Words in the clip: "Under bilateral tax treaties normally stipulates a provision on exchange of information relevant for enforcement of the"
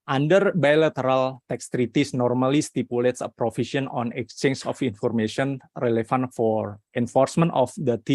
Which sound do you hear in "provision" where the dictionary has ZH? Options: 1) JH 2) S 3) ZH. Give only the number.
2